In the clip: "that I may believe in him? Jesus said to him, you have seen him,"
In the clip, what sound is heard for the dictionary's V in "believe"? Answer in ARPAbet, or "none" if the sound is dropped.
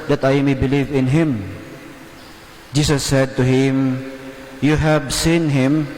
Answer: V